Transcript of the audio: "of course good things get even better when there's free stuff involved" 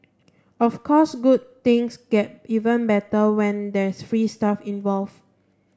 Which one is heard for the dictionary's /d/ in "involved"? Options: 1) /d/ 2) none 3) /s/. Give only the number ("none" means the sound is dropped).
2